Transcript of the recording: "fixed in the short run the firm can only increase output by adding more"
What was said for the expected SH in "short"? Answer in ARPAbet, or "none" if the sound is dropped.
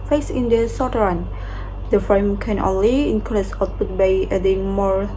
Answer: S